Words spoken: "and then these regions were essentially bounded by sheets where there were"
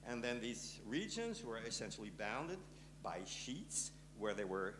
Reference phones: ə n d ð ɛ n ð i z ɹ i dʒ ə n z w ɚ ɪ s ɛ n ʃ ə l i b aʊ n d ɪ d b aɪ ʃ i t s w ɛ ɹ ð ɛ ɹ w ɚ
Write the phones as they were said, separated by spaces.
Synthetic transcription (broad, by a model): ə n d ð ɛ n ð i z ɹ i dʒ ə n z w ɚ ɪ s ɛ n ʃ l i b aʊ n d ɪ d b aɪ ʃ i t s w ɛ ɹ ð ɛ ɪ w ɚ